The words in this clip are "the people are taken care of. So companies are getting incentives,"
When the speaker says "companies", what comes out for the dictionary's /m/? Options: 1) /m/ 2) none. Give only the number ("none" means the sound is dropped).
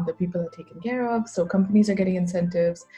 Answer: 1